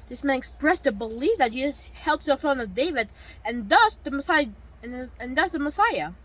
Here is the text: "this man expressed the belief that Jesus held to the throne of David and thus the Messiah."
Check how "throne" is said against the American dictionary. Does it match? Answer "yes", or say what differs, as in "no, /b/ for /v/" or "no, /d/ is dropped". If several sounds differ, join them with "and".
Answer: no, /f/ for /θ/